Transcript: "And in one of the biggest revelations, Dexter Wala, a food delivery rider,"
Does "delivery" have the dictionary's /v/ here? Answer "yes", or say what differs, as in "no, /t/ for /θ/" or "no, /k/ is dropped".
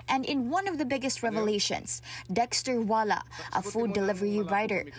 yes